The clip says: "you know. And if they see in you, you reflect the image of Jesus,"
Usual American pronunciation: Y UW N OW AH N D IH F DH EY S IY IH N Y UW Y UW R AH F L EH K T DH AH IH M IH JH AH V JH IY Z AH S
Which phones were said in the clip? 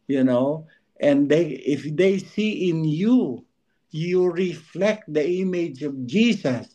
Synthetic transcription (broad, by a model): Y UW N OW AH N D IH F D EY S IY IH N Y UW Y UW R AH F L EH K T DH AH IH M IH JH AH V JH IY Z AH S